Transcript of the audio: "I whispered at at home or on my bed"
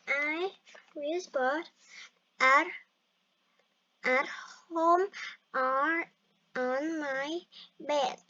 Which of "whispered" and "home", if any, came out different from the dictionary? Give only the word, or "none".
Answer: whispered